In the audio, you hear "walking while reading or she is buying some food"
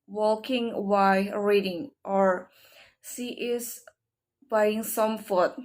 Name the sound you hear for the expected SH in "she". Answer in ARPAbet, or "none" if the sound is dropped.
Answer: S